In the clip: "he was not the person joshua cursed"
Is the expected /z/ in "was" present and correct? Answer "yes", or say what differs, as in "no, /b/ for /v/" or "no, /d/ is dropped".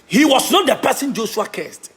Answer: no, /s/ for /z/